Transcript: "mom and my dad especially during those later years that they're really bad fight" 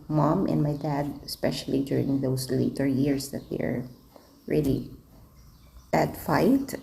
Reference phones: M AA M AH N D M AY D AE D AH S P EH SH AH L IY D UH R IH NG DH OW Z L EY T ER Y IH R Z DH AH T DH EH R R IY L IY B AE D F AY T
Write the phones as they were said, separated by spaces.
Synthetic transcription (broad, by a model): M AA M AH N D M AY D AE D AH S P EH SH AH L IY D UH R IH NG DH OW S L EY T ER Y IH R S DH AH T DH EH R R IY L IY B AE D F AY T